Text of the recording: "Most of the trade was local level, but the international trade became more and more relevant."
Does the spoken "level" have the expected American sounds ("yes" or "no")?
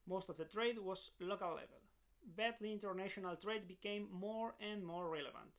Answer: yes